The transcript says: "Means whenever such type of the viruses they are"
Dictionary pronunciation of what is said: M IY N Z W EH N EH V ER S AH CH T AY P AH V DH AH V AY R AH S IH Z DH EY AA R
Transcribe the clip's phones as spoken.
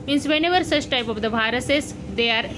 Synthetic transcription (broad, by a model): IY N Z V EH N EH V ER S AH CH T AY P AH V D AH B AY R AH S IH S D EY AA R